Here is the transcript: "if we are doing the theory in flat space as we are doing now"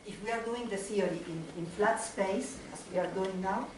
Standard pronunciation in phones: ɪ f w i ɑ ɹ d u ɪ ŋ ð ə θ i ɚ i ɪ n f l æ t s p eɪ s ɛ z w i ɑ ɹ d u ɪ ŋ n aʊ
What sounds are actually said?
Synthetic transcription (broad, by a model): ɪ f w i ɑ ɹ d u ɪ ŋ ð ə s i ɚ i ɪ n f l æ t s p eɪ s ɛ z w i ɑ ɹ d u ɪ ŋ n aʊ